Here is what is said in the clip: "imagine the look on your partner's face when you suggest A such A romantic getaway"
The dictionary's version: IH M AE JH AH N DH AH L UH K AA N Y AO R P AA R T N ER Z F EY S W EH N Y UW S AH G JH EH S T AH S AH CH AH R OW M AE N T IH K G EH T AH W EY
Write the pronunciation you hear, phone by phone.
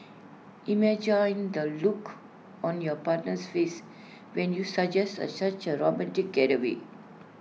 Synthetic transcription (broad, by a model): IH M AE JH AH N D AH L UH K AA N Y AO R P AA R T N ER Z F EY S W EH N Y UW S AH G JH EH S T AH S AH CH AH R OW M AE N T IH K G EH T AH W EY